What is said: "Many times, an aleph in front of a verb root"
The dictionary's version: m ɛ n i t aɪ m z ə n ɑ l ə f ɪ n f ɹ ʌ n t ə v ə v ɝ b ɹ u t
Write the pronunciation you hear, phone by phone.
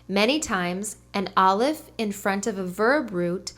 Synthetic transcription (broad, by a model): m ɛ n i t aɪ m z ə n ɑ l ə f ɪ n f ɹ ʌ n t ə v ə v ɝ b ɹ u t